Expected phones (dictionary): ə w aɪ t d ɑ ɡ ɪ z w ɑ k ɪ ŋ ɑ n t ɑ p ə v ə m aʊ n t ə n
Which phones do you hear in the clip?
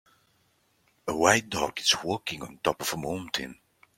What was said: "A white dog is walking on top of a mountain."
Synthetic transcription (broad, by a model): ə w aɪ t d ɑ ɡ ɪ s w ɑ k ɪ ŋ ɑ n t ɑ p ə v ə m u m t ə n